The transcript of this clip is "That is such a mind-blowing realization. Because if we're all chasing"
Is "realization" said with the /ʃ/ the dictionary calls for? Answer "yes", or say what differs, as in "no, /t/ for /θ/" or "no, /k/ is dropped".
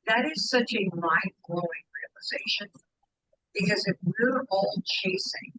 yes